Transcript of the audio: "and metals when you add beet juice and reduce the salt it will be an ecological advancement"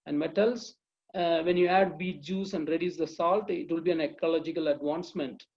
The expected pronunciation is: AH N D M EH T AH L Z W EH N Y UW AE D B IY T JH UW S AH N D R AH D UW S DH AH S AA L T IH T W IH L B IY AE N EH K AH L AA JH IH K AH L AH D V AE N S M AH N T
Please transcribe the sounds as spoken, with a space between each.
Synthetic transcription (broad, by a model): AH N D M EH T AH L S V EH N Y UW AE D B IY T JH UW S AH N D R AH D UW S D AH S AA L T IH T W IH L B IY AE N EH K AH L AA JH IH K AH L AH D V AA N S M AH N T